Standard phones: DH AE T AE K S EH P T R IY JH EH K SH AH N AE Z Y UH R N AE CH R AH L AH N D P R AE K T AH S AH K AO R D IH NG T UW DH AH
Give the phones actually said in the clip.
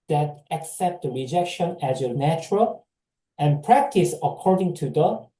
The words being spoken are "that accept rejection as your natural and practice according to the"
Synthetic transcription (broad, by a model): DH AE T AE K S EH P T R IY JH EH K SH AH N AE Z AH N AE CH R AH L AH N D P R AE K T AH S AH K AO R D IH NG T UW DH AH